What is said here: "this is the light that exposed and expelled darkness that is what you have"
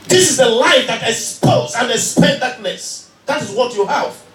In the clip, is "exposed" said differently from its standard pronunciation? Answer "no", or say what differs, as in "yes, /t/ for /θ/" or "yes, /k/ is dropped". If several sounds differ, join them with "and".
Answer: yes, /d/ is dropped